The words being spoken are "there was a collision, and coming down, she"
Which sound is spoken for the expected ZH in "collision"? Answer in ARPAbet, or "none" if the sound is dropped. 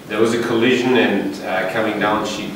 ZH